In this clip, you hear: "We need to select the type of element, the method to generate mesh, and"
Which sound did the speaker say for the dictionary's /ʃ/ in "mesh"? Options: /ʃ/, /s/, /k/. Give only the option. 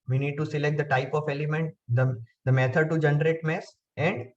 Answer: /s/